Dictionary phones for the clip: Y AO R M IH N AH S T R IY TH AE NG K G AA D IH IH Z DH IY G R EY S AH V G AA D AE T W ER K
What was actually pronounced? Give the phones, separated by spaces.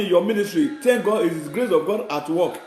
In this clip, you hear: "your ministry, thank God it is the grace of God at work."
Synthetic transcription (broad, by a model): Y AO M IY N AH S T R IY T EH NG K G AA D IH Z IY G R EY S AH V G AA D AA T W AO K